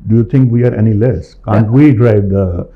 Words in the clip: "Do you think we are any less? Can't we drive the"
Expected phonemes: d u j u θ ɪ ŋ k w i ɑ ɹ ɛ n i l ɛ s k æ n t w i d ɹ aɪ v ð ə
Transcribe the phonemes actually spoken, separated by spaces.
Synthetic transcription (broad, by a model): d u j u t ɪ ŋ k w i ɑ ɹ ɛ n i l ɛ s k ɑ n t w i d ɹ aɪ v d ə